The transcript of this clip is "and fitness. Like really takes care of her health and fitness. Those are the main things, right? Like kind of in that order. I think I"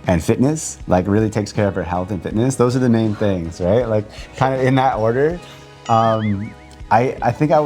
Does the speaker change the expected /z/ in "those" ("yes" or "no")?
no